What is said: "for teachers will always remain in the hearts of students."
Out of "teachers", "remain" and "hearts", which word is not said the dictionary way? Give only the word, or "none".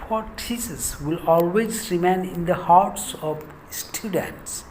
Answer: teachers